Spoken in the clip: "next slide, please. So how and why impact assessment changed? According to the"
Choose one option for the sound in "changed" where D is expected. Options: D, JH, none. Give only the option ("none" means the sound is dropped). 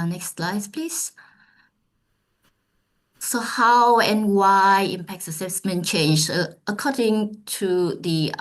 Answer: none